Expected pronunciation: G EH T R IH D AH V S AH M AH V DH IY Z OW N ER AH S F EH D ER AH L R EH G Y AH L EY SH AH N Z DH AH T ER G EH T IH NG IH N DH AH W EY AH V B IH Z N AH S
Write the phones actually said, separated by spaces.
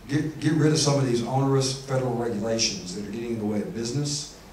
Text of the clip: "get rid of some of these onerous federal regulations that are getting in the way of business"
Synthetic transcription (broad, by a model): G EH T R IH D AH V S AH M AH V DH IY Z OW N ER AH S F EH D ER L R EH G Y AH L EY SH AH N Z DH AH T ER G EH T IH NG DH AH W EY AH V B IH Z N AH S